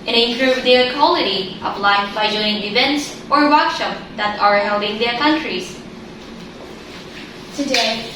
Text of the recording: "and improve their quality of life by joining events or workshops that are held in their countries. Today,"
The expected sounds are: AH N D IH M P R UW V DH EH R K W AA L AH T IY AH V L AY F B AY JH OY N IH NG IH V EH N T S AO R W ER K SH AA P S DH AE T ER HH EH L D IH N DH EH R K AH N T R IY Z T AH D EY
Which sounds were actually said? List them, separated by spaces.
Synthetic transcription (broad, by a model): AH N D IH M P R UW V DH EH K W AA L AH T IY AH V L AY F B AY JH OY IH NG IH V EH N T S AO R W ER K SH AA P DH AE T ER HH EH L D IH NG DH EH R K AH N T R IY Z T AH D EY